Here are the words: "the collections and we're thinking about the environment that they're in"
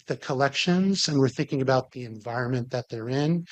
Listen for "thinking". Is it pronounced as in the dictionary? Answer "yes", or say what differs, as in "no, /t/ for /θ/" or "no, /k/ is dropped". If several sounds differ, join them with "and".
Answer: yes